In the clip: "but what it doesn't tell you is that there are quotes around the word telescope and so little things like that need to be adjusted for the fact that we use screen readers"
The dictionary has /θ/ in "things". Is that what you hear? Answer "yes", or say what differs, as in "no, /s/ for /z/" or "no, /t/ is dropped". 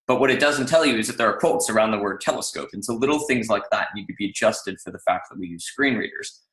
yes